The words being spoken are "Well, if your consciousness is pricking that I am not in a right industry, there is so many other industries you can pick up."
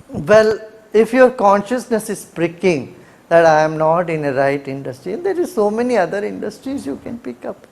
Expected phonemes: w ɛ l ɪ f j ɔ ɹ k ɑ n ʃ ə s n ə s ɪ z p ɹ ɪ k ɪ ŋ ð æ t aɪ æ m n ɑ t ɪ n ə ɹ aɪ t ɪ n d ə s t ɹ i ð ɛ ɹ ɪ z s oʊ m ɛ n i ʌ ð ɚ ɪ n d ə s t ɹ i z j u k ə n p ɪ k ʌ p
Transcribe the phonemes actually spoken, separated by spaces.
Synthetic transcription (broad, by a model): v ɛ l ɪ f j ɔ ɹ k ɑ n ʃ ə s n ə s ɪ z p ɹ ɪ k ɪ ŋ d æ t aɪ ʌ m n ɑ t ɪ n ə ɹ aɪ t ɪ n d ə s t ɹ i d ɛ ɹ ɪ z s oʊ m ɛ n i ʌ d ɚ ɪ n d ə s t ɹ i z j u k ə n p ɪ k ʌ p